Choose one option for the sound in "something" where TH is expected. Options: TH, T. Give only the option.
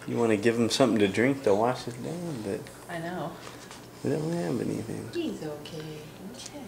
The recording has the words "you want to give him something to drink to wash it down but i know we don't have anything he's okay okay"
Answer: TH